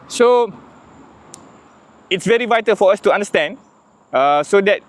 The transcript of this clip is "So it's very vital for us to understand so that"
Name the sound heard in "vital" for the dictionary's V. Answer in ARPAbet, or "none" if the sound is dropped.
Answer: V